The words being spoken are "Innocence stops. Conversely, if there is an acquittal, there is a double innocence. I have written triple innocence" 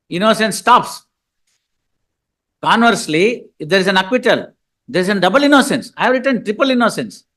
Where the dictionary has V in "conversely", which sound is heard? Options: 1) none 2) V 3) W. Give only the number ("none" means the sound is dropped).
2